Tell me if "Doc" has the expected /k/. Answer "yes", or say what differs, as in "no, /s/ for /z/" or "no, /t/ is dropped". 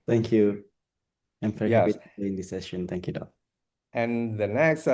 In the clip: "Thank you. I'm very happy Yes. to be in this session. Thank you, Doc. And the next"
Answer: no, /k/ is dropped